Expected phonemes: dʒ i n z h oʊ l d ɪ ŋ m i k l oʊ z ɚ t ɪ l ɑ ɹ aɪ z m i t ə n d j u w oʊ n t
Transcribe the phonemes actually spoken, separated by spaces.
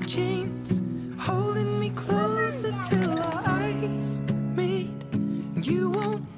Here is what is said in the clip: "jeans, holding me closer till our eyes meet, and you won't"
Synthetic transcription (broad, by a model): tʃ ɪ n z h oʊ l d ɪ ŋ m i k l oʊ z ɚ t ɪ l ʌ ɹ aɪ z m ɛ ə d j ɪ w oʊ n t